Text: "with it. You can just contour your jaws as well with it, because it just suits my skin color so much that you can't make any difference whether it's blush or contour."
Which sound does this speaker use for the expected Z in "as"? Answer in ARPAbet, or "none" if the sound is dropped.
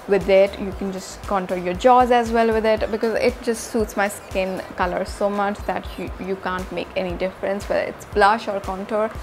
Z